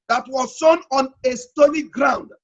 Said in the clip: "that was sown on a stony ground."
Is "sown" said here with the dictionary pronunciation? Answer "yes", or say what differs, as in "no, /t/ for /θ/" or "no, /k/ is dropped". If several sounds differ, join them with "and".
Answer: yes